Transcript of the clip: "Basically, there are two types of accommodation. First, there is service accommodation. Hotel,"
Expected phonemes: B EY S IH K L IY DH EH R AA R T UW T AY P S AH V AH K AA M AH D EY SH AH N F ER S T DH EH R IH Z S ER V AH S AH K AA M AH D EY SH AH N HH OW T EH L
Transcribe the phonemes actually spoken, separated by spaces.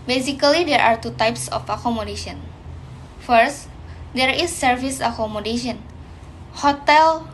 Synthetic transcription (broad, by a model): B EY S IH K L IY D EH R AA R T UW T AY P S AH F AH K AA M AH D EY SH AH N F ER S T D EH R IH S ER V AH S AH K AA M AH D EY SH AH N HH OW T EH L